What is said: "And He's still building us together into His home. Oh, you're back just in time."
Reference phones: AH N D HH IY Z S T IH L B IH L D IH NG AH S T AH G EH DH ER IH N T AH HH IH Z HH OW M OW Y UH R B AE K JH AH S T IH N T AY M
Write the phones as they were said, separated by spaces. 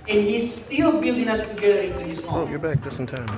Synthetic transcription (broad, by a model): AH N HH IY Z S T IH L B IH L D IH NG AH S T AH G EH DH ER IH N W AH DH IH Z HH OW OW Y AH R B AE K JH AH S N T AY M